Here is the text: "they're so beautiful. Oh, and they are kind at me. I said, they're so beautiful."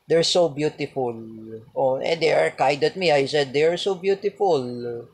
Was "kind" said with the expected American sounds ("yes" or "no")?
no